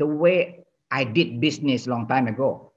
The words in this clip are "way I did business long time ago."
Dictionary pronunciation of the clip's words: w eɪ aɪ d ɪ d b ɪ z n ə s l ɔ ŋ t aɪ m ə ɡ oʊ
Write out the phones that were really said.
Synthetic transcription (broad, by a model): w eɪ aɪ d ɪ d b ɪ s n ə s l ɔ ŋ t aɪ m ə ɡ oʊ